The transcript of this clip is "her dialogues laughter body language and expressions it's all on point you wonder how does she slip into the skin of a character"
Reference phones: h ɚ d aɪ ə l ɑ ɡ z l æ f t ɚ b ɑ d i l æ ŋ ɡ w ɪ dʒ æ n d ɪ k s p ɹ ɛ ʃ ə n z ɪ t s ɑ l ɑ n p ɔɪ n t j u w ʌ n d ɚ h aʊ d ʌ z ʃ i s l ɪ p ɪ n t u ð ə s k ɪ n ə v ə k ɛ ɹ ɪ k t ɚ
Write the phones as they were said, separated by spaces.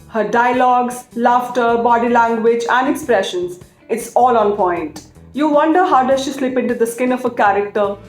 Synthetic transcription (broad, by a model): h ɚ d aɪ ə l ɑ ɡ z l æ f t ɚ b ɑ d i l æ ŋ ɡ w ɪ dʒ æ n d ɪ k s p ɹ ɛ ʃ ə n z ɪ t s ɑ l ɑ n p ɔɪ n t j u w ʌ n d ɚ h aʊ d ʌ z ʃ i s l ɪ p ɪ n t u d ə s k ɪ n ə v ə k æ ɹ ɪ k t ɚ